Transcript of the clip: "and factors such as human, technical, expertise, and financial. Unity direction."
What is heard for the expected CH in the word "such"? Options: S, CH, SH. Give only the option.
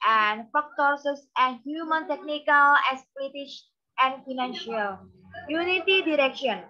S